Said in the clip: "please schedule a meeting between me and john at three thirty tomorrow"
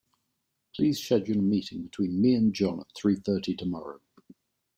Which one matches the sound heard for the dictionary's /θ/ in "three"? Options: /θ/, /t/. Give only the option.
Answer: /θ/